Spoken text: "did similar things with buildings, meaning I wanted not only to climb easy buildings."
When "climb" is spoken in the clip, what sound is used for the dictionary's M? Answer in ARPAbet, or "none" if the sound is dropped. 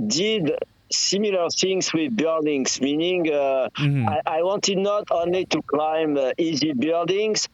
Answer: M